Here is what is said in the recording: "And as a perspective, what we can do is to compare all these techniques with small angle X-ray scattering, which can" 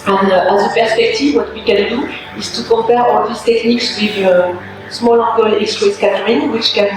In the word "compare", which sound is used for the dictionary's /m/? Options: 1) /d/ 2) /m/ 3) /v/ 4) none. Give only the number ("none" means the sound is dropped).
4